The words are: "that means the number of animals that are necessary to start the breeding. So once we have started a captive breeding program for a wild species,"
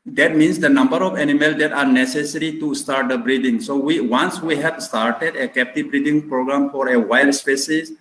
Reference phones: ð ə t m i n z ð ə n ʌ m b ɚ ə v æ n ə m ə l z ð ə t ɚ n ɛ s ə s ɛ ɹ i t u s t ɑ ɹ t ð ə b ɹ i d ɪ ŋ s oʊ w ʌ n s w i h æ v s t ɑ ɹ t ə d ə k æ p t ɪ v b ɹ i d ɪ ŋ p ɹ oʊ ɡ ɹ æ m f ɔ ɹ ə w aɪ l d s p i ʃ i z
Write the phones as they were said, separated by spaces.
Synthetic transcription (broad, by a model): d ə t m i n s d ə n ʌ m b ɚ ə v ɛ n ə m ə l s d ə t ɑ n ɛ s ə s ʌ ɹ i t u s t ɑ ɹ t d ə b ɹ i d ɪ ŋ s oʊ w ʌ n s w i h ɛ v s t ɑ ɹ t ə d ə k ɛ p t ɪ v b ɹ i d ɪ ŋ p ɹ oʊ ɡ ɹ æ m f ɔ ɹ ə w aɪ l d s p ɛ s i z